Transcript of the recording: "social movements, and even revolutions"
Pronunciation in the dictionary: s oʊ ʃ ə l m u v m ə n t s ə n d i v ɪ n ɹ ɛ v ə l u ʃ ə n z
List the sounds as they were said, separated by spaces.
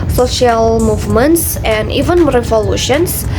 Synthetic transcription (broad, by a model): s oʊ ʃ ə l m u v m ə n t s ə n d i v ɪ n ɹ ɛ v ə l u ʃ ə n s